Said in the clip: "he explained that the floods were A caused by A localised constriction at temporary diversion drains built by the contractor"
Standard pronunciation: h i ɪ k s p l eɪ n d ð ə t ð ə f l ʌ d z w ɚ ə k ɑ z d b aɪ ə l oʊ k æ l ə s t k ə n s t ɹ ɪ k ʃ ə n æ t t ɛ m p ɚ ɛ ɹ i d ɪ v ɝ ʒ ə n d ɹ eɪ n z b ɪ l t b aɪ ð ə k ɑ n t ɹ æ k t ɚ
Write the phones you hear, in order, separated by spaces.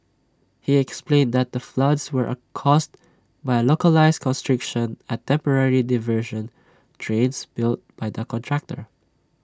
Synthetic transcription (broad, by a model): h i ɪ k s p l eɪ n d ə t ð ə f l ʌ d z w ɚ ə k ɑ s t b aɪ ə l oʊ k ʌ l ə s k ə n s t ɹ ɪ k ʃ ə n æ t t ɛ m p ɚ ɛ ɹ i d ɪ v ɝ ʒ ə n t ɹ eɪ n s b ɪ l t b aɪ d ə k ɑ n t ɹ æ k t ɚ